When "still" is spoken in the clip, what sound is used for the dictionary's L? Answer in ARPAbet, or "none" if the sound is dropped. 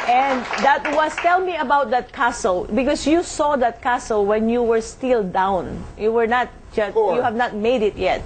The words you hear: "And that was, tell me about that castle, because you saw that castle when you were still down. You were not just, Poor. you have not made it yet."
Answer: L